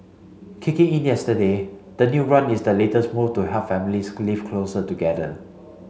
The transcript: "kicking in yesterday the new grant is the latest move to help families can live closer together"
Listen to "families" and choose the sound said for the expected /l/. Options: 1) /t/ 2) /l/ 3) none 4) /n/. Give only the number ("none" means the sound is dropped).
3